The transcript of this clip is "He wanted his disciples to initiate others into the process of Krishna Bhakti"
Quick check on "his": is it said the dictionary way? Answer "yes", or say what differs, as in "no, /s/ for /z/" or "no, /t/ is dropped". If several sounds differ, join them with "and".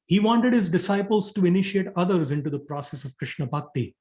yes